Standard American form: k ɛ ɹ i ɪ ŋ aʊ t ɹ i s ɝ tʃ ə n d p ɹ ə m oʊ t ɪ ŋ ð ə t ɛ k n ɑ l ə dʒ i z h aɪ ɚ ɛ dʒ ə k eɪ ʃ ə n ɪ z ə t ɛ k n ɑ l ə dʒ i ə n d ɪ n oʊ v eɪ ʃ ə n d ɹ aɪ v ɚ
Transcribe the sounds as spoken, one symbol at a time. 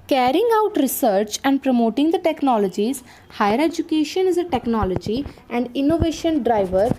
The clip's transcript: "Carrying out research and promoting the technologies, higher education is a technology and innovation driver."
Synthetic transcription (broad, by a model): k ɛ ɹ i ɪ ŋ aʊ t ɹ i s ɝ tʃ ə n d p ɹ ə m oʊ t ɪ ŋ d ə t ɛ k n ɑ l ə dʒ i z h aɪ ɚ ɛ dʒ ə k eɪ ʃ ə n ɪ z ə t ɛ k n ɑ l ə dʒ i ə n d ɪ n oʊ v eɪ ʃ ə n d ɹ aɪ v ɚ